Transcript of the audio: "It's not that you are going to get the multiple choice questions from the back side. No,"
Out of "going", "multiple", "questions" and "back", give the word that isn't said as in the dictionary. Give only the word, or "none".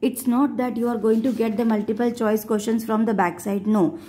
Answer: questions